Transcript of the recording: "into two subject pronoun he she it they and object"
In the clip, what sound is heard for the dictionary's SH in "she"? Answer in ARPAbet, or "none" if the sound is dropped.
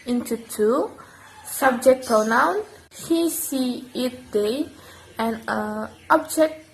S